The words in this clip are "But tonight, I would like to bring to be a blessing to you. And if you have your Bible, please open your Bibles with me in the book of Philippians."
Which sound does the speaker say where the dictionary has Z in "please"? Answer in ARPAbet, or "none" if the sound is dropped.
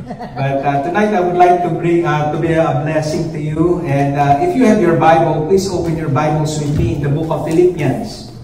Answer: S